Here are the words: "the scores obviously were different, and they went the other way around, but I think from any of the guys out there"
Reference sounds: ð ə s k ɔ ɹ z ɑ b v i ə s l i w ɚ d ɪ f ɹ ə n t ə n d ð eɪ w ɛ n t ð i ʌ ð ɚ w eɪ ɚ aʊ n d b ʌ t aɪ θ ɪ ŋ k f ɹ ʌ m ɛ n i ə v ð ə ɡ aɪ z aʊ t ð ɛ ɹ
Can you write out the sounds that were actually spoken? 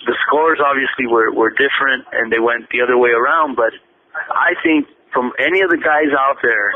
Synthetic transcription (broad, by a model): ð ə s k ɔ ɹ z ɑ b v i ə s l i w ɚ d ɪ f ɹ ə n t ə n ð eɪ w ɛ n t ð i ʌ ð ɚ w eɪ ɚ aʊ n d b ʌ t aɪ θ ɪ ŋ k f ɹ ʌ m ɛ n i ə v ð ə ɡ aɪ z aʊ t ð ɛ ɹ